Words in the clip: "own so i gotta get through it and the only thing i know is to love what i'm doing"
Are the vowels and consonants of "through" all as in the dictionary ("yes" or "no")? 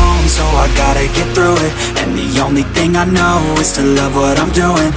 yes